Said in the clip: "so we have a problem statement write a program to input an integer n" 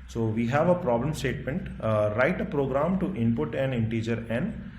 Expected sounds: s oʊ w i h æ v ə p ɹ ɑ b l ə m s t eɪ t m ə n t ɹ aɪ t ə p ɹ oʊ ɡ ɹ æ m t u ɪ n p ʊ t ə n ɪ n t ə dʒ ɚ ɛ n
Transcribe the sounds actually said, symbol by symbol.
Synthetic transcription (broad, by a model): s oʊ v i h æ v ə p ɹ ɑ b l ə m s t eɪ t m ə n t ɹ aɪ t ə p ɹ oʊ ɡ ɹ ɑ m t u ɪ n p ʊ t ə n ɪ n t ə dʒ ɚ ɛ n